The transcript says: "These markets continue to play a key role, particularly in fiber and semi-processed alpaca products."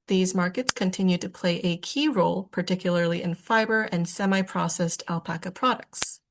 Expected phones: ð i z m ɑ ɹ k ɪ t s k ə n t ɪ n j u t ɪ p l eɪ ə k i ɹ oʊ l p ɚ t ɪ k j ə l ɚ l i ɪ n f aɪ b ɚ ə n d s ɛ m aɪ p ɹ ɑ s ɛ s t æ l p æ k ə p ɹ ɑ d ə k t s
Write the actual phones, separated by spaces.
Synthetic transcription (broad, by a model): ð i z m ɑ ɹ k ɪ t s k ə n t ɪ n j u t ɪ p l eɪ ə k i ɹ oʊ l p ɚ t ɪ k j l ɚ l i ɪ n f aɪ b ɚ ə n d s ɛ m aɪ p ɹ ɑ s ɛ s t æ l p æ k ə p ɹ ɑ d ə k t s